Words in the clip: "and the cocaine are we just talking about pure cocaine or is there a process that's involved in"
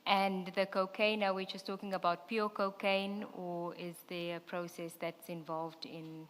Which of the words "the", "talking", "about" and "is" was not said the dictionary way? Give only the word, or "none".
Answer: none